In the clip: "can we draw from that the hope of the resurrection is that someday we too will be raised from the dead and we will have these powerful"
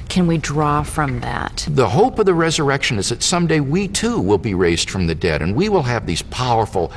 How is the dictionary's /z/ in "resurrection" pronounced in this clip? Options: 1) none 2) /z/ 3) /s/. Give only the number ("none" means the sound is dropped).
2